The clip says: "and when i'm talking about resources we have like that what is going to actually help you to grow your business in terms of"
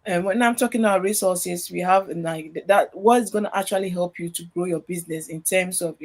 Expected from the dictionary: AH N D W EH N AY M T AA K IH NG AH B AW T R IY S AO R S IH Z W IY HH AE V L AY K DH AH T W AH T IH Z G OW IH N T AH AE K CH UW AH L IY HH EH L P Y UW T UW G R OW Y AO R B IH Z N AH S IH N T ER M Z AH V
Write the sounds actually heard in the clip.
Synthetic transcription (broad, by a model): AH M W EH N AY M T AA K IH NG AH B AW T R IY S AO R S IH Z W IY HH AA V N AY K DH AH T W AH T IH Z G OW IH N T AH K CH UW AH L IY HH EH L P Y UW T UW G R OW Y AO B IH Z N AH S IH N T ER M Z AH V